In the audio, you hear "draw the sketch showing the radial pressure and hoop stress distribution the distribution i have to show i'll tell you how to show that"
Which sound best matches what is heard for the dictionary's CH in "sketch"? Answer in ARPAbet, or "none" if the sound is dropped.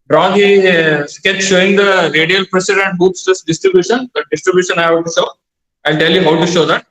S